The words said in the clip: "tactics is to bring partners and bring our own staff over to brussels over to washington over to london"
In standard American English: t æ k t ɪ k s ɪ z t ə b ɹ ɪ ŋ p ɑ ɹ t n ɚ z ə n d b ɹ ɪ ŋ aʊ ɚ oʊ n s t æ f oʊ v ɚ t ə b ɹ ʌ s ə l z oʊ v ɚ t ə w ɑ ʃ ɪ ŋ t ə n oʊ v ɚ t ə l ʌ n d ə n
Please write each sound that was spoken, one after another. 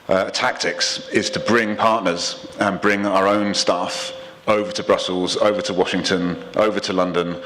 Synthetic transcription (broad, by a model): t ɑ k t ɪ k s ɪ z t ə b ɹ ɪ ŋ p ɑ t n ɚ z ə n b ɹ ɪ ŋ aʊ ɚ oʊ n s t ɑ f oʊ v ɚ t ə b ɹ ʌ s ə l z oʊ v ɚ t ə w ɑ ʃ ɪ ŋ t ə n oʊ v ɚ t ə l ʌ n d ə n